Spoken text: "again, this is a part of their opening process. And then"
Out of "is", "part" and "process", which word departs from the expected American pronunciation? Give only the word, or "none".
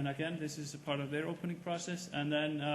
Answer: none